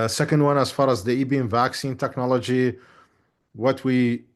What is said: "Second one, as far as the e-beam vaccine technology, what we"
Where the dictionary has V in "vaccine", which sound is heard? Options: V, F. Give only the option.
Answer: V